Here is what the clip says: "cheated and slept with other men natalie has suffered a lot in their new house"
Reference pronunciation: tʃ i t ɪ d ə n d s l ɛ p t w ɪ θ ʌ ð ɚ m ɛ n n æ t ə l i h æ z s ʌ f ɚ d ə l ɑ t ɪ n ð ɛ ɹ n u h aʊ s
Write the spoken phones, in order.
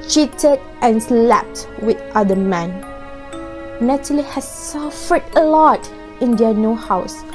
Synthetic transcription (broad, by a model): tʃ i t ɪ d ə n s l ɛ p t w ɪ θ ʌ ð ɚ m ɛ n n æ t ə l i h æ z s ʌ f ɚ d ə l ɑ t ɪ n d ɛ n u h aʊ s